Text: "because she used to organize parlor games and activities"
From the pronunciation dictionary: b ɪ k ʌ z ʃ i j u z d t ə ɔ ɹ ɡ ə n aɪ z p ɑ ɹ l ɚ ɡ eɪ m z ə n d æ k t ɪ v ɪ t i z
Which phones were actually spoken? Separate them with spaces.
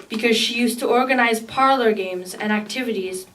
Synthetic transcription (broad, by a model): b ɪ k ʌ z ʃ i j u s t ə ɔ ɹ ɡ ə n aɪ z p ɑ ɹ l ɚ ɡ eɪ m z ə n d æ k t ɪ v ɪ t i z